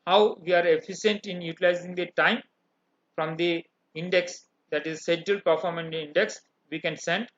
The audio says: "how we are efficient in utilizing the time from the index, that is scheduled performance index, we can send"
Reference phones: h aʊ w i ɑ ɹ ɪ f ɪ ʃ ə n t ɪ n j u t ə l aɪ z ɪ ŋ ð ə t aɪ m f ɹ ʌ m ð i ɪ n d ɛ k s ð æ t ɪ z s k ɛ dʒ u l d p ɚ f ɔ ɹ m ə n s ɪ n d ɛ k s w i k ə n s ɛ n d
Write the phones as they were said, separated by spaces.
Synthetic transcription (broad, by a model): h aʊ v i ɑ ɹ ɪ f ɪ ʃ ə n t ɪ n j u t ə l aɪ z ɪ ŋ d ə t aɪ m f ɹ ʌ m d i ɪ n d ɛ k s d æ t ɪ z s ɛ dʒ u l p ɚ f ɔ ɹ m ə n ɪ n d ɛ k s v i k ə n s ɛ n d